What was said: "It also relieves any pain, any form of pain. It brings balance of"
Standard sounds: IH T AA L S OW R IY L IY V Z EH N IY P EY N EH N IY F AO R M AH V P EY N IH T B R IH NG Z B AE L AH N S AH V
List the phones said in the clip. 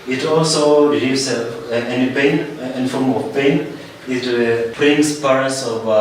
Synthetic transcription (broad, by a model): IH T AA L S OW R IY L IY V S EH N IY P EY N EH N IY F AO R M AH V P EY N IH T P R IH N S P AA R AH S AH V